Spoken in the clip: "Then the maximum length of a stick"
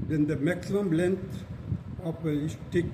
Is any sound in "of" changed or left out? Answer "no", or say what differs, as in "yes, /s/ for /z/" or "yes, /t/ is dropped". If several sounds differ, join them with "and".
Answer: yes, /p/ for /v/